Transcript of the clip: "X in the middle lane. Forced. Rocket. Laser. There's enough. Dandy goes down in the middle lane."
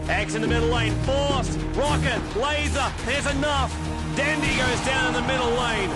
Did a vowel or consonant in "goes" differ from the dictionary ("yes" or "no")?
no